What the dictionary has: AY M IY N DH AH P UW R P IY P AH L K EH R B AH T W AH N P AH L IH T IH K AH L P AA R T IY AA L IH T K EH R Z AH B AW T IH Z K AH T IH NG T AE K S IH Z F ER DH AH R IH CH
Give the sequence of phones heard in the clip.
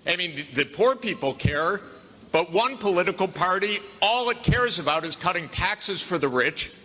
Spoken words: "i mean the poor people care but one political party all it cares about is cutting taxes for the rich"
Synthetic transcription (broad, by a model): AY M IY N DH AH P UW R P IY P L K EH R B AH T W AH N P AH L IH T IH K L P AA R T IY AA L IH T K EH R Z AH B AW T IH Z K AH T IH NG T AE K S IH Z F ER DH AH R IH CH